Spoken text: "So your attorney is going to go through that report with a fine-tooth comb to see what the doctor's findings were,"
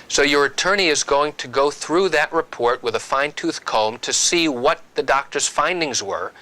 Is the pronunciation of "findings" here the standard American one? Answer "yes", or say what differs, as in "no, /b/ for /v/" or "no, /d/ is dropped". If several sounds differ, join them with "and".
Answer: yes